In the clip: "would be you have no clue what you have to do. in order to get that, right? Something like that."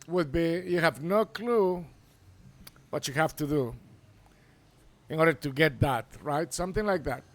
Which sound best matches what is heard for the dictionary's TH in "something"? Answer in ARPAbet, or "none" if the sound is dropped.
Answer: TH